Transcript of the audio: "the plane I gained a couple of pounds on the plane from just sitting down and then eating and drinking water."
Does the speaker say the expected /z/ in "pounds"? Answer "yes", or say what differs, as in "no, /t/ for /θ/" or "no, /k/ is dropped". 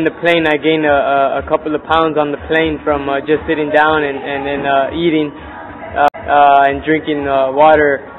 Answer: yes